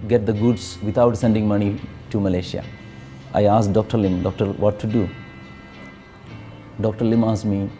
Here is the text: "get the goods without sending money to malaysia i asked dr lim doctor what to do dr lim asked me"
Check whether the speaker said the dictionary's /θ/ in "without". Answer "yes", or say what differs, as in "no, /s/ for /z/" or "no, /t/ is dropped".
no, /t/ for /θ/